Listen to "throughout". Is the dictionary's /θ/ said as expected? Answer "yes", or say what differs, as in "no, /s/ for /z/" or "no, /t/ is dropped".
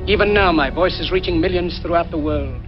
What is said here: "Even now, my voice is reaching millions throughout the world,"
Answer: yes